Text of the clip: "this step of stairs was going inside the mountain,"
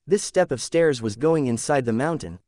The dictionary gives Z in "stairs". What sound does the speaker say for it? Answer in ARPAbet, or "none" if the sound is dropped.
Z